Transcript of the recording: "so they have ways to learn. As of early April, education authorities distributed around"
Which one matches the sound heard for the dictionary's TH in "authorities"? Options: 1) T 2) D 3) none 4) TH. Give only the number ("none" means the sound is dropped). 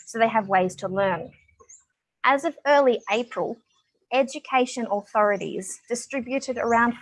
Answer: 4